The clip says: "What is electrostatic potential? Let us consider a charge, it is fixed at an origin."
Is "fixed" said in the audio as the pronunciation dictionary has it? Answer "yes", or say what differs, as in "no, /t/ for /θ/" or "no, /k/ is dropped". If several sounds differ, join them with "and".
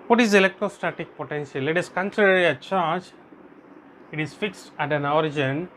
yes